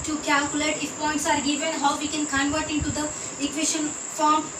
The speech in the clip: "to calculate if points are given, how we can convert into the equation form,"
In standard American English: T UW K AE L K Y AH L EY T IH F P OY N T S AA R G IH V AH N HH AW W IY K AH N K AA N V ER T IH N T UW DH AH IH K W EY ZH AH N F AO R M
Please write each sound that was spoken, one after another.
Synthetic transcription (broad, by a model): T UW K AE L K Y AH L EY T IH F P OY N T S AA R G IH V AH N HH AW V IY K AH N K AA N V ER T IH N T UW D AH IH K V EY SH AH N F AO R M